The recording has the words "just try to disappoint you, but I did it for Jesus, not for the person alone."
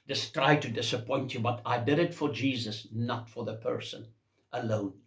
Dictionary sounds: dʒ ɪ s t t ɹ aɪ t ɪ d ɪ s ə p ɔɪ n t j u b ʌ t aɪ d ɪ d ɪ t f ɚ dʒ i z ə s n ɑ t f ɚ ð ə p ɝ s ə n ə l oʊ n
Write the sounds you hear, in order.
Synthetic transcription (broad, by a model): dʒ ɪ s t t ɹ aɪ t ɪ d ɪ s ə p ɔɪ n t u b ʌ t aɪ d ɪ d ɪ t f ɚ dʒ i z ə s n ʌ t f ɚ ð ə p ɝ s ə n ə l oʊ n